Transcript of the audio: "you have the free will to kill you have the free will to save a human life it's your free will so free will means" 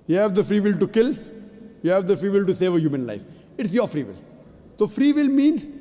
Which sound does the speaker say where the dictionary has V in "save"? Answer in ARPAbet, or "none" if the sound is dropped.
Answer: V